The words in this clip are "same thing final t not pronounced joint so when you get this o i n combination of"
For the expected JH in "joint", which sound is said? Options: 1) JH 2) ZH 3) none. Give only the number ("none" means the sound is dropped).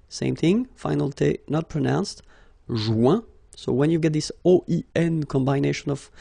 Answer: 2